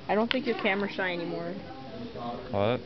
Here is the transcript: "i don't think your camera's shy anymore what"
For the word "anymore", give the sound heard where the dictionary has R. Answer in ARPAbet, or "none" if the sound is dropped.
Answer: R